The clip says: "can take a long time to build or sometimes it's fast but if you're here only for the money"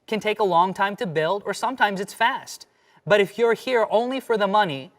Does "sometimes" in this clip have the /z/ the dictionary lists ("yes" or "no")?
yes